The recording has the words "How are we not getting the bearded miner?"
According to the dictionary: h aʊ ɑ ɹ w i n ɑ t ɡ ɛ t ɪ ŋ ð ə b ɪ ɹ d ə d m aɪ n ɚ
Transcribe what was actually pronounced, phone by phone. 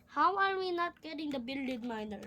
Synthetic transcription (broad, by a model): h aʊ ɑ ɹ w i n ɑ t ɡ ɛ t ɪ ŋ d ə b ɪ l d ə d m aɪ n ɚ